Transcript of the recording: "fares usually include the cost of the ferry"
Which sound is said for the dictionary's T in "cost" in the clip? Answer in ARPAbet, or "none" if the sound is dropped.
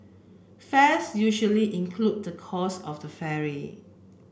none